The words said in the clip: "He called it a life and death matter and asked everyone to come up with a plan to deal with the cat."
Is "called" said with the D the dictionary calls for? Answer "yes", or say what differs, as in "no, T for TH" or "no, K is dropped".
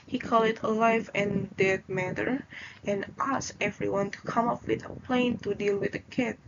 no, D is dropped